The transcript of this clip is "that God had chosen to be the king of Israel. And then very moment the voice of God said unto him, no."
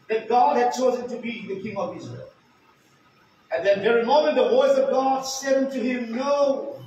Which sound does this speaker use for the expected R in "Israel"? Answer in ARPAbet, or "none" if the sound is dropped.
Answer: R